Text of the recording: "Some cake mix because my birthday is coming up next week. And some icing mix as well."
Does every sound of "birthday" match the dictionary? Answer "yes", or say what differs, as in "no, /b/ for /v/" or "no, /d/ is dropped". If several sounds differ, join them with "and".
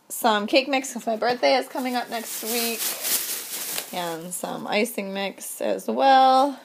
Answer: yes